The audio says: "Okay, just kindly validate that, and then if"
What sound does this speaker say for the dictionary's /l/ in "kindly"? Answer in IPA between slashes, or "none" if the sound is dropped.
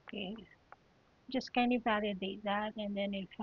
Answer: none